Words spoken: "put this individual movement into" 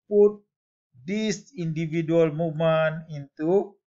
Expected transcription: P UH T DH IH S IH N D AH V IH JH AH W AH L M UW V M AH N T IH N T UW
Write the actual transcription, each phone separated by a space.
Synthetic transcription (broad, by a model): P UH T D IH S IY N D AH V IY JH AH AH L M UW M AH N IH N T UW